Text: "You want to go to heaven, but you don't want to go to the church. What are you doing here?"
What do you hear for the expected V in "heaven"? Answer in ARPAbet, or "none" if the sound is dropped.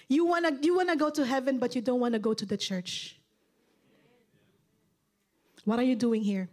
V